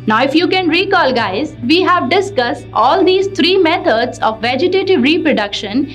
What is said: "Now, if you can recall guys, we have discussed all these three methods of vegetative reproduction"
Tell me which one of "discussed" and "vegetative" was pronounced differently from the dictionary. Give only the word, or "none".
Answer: none